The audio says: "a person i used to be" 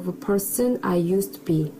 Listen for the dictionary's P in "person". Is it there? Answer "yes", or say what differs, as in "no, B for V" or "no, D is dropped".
yes